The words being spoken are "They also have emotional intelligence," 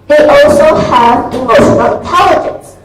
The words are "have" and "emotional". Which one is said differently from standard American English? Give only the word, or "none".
emotional